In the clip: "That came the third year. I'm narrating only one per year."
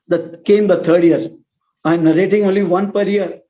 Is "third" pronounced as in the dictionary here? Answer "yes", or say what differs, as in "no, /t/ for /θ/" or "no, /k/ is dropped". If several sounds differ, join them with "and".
no, /t/ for /θ/